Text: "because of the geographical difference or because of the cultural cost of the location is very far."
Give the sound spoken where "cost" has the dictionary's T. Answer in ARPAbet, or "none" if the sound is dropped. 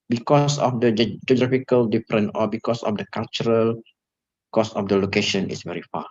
none